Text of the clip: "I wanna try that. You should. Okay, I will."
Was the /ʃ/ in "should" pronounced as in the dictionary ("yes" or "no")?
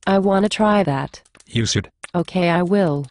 no